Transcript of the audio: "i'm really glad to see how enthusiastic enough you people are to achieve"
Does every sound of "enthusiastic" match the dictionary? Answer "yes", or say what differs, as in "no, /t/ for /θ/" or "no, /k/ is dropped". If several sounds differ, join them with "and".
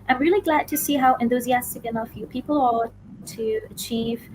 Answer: yes